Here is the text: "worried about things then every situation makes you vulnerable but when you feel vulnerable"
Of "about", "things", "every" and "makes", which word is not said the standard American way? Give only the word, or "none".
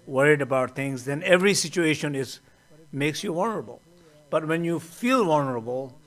things